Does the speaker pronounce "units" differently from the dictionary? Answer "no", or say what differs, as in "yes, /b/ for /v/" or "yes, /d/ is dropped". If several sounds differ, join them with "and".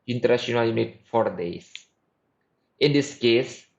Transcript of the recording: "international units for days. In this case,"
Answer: yes, /s/ is dropped